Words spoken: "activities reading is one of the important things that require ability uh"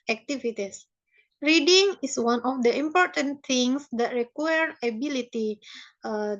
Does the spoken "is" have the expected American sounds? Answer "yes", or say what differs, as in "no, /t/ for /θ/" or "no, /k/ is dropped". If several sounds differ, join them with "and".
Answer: no, /s/ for /z/